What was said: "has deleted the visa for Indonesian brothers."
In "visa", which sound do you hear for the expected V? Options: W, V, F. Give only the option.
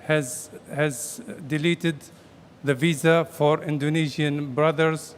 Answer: V